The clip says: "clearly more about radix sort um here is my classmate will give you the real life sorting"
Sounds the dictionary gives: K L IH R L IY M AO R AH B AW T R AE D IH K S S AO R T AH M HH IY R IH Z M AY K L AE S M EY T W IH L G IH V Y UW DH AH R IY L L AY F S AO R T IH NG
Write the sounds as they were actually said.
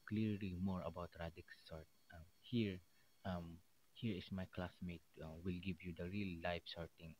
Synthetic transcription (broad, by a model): K L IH R L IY M AO R AH B AW T R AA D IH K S S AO R T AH M HH IY R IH S M AY K L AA S M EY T W IH L G IH V Y UW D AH R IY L L AY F S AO R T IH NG